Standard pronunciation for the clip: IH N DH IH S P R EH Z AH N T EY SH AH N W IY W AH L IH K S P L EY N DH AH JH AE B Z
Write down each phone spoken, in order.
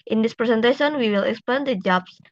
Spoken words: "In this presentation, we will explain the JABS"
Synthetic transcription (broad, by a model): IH N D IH S P R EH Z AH N T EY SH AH N W IY W AH L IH K S P EY N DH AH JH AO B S